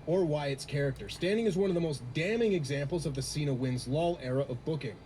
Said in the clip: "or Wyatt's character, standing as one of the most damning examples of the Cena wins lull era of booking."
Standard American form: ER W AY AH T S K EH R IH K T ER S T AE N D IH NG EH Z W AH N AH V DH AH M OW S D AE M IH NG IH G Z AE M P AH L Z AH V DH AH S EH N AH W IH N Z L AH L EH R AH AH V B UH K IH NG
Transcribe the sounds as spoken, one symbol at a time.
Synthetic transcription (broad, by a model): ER W AY AH T S K EH R IH K T ER S T AE N D IH NG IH Z W AH N AH V DH AH M OW S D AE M IH NG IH G Z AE M P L Z AH V DH AH S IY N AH W IH N Z L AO L EH R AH AH V B UH K IH NG